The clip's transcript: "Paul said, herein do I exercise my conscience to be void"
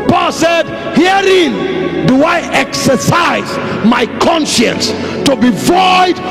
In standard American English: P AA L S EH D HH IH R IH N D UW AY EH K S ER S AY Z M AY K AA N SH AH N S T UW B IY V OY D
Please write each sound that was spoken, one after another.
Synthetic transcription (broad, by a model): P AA L S EH D HH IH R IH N D UW AY EH K S ER S AY Z M AY K AA N SH AH N S T UW B IY V OY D